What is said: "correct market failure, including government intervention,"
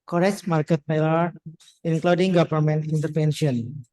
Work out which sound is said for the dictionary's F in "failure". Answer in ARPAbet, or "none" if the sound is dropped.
P